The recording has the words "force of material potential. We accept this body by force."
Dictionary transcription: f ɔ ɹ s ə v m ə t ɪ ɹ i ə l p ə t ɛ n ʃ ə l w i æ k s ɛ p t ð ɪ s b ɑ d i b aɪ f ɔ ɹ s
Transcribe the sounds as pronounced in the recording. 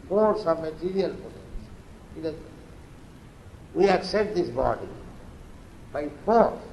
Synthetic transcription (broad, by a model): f ɔ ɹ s ə v m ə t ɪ ɹ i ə l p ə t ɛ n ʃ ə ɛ w i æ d s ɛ t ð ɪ s b ɑ d i b aɪ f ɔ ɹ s